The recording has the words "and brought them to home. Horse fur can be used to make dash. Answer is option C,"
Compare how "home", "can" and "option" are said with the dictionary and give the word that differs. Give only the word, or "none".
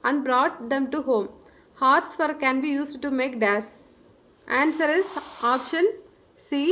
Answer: none